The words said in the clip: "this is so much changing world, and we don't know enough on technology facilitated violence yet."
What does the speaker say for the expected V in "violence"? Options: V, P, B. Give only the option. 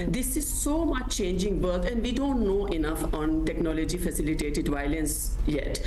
V